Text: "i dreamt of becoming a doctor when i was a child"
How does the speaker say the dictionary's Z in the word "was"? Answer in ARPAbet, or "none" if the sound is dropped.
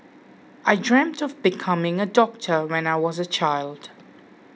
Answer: Z